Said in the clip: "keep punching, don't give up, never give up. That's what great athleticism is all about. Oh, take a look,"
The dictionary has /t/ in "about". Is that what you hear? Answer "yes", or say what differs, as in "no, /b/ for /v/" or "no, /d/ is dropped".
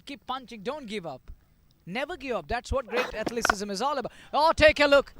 no, /t/ is dropped